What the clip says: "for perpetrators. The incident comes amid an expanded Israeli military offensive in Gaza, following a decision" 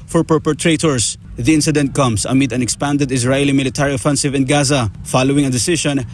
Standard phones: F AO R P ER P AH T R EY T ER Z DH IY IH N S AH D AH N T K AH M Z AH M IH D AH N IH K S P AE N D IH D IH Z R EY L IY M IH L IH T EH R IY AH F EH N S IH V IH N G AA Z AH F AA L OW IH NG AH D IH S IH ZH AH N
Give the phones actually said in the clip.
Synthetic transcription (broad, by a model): F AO R P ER P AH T R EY T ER S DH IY IH N S AH D AH N T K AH M S AH M IH D AH N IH K S P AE N D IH D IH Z R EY L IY M IH L IH T EH R IY AH F EH N S IH V IH N G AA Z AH F AA L OW IH NG AH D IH S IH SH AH N